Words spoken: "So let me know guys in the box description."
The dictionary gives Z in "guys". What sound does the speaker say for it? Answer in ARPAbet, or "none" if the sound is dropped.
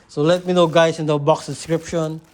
S